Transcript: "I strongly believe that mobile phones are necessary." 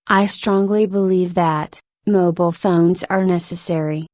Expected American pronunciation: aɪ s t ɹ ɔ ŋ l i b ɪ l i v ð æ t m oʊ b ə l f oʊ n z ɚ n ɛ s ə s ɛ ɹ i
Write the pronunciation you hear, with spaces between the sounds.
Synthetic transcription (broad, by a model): aɪ s t ɹ ɔ ŋ l i b ɪ l i v ð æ t m oʊ b l f oʊ n z ɚ n ɛ s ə s ɛ ɹ i